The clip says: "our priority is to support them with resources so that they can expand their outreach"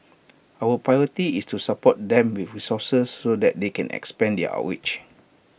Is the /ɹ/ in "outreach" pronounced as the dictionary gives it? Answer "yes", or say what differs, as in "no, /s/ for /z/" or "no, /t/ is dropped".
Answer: no, /w/ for /ɹ/